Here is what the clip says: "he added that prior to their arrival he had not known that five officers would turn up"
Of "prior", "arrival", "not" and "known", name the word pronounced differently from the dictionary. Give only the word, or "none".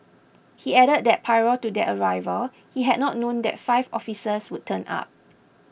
prior